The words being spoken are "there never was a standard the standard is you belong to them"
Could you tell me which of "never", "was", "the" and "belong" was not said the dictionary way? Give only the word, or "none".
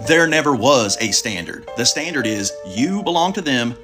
none